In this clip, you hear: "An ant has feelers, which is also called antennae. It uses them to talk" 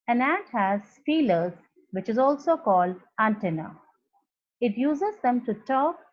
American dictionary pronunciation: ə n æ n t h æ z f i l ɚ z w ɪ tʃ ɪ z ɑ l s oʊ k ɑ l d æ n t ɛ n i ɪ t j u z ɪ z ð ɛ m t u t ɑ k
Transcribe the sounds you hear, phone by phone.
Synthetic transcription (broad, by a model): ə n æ t h æ z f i l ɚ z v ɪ tʃ ɪ z ɑ l s oʊ k ɑ l d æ n t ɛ n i ɪ t j u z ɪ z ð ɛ m t u t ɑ k